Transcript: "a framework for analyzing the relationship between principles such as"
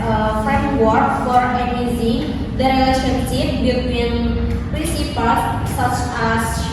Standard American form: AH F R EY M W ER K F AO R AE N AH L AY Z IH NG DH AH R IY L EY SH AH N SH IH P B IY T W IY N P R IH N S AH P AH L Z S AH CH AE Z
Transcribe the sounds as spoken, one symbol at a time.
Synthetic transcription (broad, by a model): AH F R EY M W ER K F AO R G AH N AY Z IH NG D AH R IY L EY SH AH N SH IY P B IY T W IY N P R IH N S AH P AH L S AH CH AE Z